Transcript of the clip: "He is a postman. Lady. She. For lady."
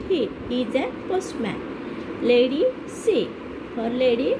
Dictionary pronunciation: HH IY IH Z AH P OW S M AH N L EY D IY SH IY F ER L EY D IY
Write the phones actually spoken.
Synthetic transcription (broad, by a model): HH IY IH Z AH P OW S M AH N L EY D IY S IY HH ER L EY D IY